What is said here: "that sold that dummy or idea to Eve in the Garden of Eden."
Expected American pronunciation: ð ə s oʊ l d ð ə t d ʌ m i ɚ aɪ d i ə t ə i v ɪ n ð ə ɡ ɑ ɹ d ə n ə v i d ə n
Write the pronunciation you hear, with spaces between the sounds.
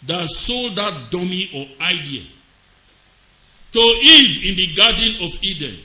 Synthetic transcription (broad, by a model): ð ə s oʊ l d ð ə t d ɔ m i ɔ aɪ d i ə t ə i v ɪ n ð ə ɡ ɑ d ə n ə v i d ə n